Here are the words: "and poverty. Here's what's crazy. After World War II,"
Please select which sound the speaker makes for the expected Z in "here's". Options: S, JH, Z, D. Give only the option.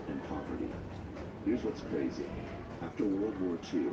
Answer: Z